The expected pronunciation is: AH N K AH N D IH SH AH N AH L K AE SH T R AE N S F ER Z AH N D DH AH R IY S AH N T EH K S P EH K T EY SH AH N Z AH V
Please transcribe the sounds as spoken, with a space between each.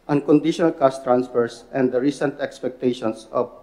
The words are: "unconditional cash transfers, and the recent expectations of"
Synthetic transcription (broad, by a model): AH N K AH N D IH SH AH N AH L K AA S T R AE N S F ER S AH N D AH R IY S AH N T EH K S P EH K T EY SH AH N S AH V